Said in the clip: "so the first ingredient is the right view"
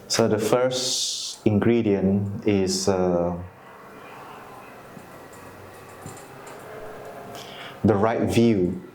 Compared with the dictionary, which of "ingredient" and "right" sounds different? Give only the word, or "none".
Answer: ingredient